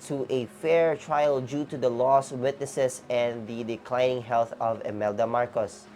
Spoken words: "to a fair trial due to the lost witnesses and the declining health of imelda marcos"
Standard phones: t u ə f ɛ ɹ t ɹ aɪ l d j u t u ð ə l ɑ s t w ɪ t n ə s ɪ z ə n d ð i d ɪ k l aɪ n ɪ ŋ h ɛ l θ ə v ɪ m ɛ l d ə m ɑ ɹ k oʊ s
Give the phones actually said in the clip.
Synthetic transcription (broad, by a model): t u ə f ɛ ɹ t ɹ aɪ l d j u t u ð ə l ɑ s w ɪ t n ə s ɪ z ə n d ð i d ɪ k l aɪ n ɪ ŋ h ɛ l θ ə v ɪ m ɛ l d ə m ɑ ɹ k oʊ s